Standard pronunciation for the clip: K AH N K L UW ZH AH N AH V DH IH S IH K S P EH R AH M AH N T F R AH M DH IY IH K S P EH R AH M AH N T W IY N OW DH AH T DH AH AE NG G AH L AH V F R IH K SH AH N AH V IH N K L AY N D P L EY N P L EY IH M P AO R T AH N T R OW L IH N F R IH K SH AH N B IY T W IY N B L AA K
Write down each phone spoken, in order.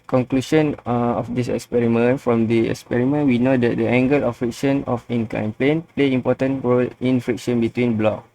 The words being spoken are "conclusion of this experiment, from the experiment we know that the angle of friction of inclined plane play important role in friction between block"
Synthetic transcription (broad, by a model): K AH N K L UW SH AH N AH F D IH S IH K S P EH R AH M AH N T F R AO M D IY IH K S P EH R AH M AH N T W IY N OW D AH T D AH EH NG G AH L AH F R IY K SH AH N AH F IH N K AY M P L EY N P L EY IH M P AO T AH N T R OW L IH N F R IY K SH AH N B IY T W IY N B L AA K